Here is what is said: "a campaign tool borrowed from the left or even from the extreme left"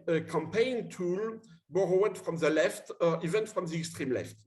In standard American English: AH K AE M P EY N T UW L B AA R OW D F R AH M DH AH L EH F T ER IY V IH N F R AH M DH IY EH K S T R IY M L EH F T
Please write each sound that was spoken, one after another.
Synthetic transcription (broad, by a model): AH K AE M P EY N T UW L B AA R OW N F R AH M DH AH L EH F T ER IY V IH N F R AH M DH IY EH K S T R IY M L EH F T